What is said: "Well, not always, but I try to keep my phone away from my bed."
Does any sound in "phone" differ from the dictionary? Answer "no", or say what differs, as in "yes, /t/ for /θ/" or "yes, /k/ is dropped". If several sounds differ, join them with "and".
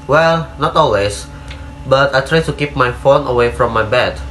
no